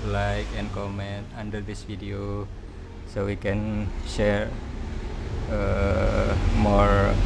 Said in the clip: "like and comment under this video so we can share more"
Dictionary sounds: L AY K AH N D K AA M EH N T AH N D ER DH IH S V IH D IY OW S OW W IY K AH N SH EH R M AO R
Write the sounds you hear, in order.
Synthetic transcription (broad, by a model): L AY K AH N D K AA M EH N T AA N D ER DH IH S F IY D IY OW S OW W IY K AH N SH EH R M AO R